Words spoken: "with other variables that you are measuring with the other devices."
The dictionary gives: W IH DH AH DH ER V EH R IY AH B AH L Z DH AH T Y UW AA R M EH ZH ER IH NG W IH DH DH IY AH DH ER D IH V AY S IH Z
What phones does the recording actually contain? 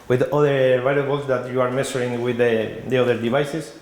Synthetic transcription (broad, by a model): W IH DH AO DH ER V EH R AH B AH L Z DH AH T Y UW AA R M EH S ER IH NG W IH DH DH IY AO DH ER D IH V AY S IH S